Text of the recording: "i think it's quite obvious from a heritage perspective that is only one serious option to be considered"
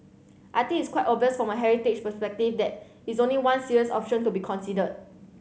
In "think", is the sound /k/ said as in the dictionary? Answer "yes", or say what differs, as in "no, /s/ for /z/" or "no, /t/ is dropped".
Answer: no, /k/ is dropped